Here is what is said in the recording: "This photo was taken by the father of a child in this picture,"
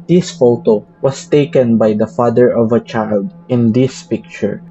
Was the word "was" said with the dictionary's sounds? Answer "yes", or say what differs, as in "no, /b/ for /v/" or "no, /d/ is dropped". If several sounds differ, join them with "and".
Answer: no, /s/ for /z/